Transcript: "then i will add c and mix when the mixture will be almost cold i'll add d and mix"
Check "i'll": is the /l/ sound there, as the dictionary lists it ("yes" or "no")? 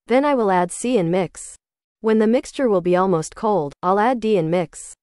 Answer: yes